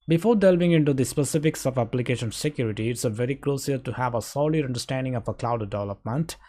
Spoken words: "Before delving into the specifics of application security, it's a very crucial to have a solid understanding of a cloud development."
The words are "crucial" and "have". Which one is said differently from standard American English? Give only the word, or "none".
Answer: crucial